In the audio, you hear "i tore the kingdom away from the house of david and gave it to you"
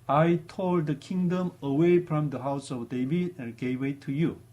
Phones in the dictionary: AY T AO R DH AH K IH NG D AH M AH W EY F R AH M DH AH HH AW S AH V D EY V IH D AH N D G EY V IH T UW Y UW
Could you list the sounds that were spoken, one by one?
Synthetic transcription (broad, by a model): AY T AO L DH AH K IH NG D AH M AH W EY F R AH M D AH HH AW S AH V D EY V IH D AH N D G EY W IH T UW Y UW